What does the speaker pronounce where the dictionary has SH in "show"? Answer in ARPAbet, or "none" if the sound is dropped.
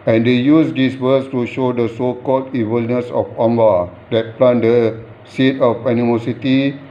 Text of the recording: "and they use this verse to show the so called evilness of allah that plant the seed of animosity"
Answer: SH